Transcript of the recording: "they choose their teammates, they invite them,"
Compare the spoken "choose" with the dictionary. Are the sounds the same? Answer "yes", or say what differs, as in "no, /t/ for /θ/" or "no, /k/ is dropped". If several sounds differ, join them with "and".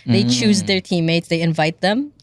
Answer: yes